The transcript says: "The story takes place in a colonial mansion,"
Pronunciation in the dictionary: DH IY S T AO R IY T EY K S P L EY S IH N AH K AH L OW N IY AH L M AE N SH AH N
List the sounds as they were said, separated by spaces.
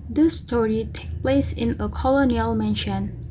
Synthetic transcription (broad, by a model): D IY S T AO R IY T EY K P L EY S IH N AH K AH L OW N IY AH L M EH N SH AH N